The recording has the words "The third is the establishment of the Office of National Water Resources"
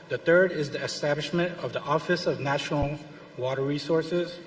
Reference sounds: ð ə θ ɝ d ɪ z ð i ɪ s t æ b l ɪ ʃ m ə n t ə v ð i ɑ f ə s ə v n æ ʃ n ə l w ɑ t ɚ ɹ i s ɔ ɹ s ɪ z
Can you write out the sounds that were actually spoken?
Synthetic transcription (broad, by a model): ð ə θ ɝ d ɪ z ð i ɪ s t æ b l ɪ ʃ m ə n t ə v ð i ɑ f ə s ə v n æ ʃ n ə l w ɑ t ɚ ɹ i s ɔ ɹ s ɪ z